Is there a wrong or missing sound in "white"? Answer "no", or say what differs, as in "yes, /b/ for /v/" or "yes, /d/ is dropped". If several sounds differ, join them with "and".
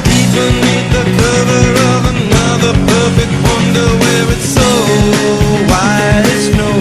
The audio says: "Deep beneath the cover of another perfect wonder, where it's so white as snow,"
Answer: yes, /t/ is dropped